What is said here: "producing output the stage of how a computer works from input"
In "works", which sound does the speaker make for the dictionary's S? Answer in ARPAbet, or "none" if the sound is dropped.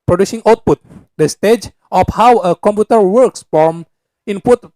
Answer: S